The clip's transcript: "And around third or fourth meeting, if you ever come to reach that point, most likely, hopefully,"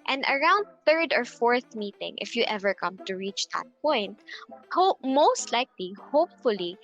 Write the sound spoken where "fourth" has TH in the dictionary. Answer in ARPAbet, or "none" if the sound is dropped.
TH